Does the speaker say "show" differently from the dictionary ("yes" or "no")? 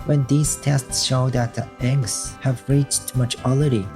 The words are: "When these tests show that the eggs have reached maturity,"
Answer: no